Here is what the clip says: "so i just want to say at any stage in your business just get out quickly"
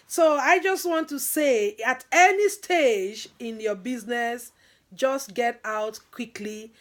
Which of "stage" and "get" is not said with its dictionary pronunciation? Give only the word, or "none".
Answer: none